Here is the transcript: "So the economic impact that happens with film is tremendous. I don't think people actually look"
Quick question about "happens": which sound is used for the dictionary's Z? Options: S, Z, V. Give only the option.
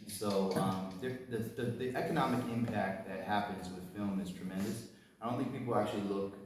Z